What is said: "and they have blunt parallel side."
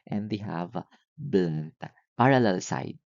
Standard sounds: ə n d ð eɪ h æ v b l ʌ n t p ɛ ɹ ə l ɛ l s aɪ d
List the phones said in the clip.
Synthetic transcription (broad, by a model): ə n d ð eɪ h æ v b l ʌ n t p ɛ ɹ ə l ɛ l s aɪ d